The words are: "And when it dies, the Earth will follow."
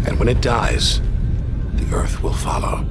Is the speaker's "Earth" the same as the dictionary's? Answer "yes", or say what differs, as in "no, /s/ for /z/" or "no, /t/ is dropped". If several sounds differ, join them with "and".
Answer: yes